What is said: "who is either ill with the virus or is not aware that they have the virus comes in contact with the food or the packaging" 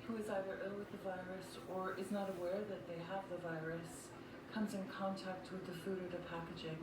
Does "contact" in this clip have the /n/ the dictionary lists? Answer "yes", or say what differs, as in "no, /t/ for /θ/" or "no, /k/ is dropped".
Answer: yes